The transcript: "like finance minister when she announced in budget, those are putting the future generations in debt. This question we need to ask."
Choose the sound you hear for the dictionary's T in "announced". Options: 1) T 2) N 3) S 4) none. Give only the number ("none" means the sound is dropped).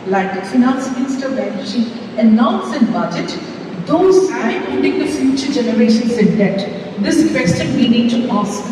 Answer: 4